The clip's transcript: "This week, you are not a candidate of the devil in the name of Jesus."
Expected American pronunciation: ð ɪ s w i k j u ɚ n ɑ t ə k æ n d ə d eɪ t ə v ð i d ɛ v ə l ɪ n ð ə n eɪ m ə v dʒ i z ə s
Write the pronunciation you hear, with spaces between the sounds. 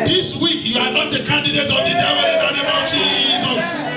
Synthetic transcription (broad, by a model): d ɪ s w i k j u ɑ n ɑ t ə k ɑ n d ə d eɪ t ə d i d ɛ w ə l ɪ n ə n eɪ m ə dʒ i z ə s